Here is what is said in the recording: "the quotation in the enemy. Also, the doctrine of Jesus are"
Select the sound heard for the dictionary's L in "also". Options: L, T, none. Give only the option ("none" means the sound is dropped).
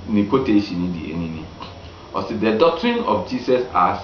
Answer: none